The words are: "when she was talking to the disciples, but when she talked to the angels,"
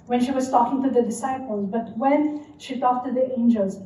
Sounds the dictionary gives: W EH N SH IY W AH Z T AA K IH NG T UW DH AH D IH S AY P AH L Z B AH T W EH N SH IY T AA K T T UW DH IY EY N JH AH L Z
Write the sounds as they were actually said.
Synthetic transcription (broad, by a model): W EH N SH IY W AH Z T AA K IH NG T UW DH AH D IH S AY P AH L Z B AH T W EH N SH IY T AA K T T UW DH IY EY N JH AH L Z